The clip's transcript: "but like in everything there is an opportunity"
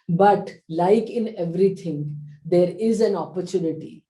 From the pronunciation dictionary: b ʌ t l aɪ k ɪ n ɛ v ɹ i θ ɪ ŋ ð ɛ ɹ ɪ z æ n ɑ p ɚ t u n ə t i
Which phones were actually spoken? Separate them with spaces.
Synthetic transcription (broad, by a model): b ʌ t l aɪ k ɪ n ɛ v ɹ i t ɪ ŋ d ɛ ɹ ɪ z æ n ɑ p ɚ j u n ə t i